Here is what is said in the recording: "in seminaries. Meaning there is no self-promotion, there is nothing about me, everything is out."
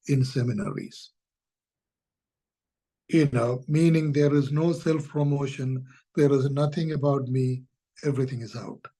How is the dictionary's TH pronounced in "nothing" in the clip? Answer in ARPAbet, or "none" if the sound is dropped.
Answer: T